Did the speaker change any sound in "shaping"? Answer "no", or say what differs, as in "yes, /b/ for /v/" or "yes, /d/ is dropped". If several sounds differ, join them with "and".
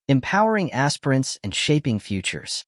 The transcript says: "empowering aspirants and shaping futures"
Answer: no